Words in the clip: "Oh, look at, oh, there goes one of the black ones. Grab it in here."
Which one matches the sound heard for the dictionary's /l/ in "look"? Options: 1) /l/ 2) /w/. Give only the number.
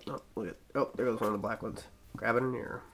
2